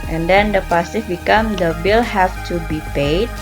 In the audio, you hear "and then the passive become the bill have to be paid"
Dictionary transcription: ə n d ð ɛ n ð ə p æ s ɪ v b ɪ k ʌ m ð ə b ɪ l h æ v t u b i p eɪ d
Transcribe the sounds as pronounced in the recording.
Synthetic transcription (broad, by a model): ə n d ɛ n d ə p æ s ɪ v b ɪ k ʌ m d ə b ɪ l h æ f t u b i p eɪ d